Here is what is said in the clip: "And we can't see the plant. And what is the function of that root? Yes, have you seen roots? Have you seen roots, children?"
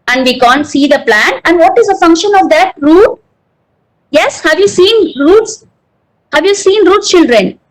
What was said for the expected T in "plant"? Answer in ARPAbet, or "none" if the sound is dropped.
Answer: none